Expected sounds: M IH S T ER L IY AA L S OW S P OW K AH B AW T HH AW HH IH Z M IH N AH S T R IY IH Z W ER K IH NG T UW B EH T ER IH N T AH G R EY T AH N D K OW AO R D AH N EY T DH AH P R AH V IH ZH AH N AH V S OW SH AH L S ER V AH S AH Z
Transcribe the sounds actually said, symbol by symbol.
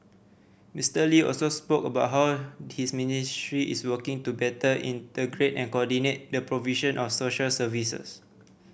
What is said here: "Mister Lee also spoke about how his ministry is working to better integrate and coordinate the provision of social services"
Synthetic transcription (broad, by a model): M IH S T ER L IY AA L S OW S P OW K AH B AW T HH AW HH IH S M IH N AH S T R IY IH S W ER K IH NG T UW B EH T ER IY N T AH G R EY T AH N K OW AO D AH N EY T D AH P R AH V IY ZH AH N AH F S OW SH AH L S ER V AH S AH S